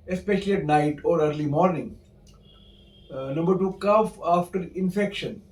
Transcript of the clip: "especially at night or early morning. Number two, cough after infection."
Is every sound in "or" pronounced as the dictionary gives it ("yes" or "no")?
yes